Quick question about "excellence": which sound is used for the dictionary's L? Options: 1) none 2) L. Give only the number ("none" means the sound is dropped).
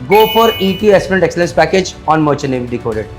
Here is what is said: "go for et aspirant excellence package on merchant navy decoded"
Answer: 2